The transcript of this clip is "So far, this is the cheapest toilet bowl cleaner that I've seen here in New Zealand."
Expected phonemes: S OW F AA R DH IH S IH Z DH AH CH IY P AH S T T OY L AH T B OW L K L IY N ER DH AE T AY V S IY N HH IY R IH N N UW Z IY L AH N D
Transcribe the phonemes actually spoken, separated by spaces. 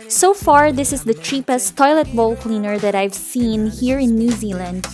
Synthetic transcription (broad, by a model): S OW F AA R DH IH S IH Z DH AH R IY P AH S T T OY L AH T B OW L K L IY N ER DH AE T AY V S IY N HH IY R IH N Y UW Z IY L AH N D